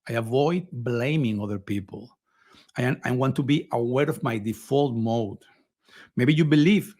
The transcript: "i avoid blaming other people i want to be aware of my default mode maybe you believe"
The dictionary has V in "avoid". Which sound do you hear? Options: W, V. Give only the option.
V